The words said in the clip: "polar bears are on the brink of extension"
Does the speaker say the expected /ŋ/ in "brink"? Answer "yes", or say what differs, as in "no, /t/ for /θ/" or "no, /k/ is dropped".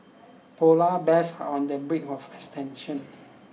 no, /ŋ/ is dropped